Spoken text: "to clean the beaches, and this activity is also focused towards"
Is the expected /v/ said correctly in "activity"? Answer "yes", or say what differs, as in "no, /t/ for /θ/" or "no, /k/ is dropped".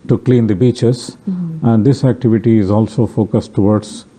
yes